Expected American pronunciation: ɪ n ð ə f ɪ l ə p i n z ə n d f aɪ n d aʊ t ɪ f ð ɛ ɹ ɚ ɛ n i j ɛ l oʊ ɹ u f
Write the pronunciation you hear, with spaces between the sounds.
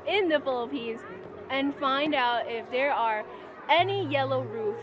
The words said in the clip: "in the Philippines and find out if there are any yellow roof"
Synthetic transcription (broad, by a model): ɪ n ð ə f ɪ l ə p i n z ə n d f aɪ n d aʊ t ɪ f ð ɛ ɹ ɚ ɛ n i j ɛ l oʊ ɹ u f